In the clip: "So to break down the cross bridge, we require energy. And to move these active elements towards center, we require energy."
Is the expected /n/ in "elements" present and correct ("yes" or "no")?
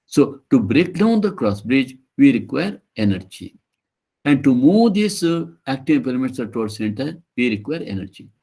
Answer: no